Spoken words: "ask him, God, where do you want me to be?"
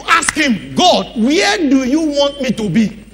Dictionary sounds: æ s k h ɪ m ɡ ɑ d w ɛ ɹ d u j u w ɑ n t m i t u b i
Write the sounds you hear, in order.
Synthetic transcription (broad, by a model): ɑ s k h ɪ m ɡ ɑ d w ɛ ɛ d u j u w ɑ n t m i t u b i